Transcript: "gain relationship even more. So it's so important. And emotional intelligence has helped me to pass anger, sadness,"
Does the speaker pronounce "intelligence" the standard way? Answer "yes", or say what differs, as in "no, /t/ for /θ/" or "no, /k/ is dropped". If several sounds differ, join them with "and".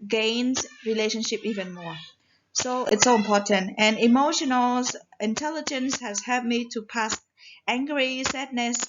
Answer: yes